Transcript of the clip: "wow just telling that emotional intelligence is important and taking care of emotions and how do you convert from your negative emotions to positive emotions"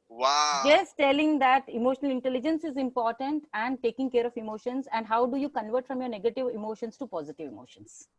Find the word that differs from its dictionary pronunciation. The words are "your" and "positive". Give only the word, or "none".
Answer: none